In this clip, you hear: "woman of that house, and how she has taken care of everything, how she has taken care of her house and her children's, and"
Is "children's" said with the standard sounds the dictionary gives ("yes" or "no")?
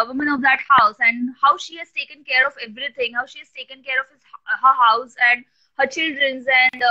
yes